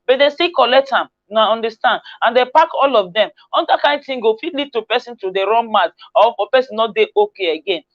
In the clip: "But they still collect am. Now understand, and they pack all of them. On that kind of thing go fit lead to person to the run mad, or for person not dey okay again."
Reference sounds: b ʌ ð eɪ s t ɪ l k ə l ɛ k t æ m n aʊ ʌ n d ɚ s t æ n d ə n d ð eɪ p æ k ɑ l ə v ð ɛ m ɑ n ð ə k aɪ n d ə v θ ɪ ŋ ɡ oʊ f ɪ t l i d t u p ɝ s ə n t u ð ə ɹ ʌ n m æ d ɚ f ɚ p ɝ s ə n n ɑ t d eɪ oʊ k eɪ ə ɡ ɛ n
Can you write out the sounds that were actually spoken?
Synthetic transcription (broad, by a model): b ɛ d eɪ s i k ə l ɛ k t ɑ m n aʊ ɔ n d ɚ s t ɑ n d ə n d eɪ p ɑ k ɑ l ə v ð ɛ m ɑ n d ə k aɪ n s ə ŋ ɡ oʊ f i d l i d t u p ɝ s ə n t u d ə ɹ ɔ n m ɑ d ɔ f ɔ p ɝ s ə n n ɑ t d eɪ oʊ k eɪ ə ɡ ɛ n